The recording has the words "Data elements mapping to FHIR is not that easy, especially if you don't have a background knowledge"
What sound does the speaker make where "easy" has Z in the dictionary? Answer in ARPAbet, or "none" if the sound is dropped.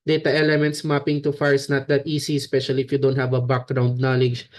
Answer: S